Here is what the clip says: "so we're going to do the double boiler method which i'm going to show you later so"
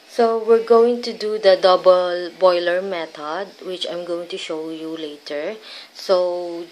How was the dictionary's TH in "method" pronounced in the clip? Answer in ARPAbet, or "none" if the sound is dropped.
T